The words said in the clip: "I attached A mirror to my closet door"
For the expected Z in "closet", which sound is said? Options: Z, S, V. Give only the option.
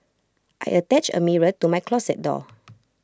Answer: S